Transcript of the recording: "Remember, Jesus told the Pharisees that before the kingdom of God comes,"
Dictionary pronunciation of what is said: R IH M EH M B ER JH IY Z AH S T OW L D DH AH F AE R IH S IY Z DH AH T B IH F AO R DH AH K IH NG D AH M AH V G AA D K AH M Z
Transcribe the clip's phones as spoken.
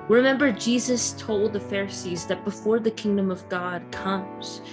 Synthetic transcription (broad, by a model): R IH M EH M B ER JH IY Z AH S T OW L D DH AH F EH R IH S IY Z DH AH T B IH F AO R DH AH K IH NG D AH M AH V G AA D K AH M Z